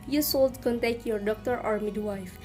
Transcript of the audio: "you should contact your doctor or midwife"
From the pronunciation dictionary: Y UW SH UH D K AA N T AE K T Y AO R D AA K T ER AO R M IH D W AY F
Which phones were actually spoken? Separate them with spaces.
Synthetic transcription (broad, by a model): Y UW S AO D K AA N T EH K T Y AO R D AA K T ER AO R M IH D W AY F